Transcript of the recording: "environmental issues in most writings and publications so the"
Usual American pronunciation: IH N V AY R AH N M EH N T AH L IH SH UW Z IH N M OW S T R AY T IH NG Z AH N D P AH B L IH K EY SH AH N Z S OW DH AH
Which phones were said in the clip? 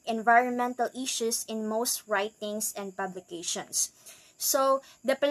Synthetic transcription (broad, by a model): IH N V AY R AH N M EH N T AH L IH SH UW S IH N M OW S T R AY T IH NG S AH N D P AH B L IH K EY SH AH N S OW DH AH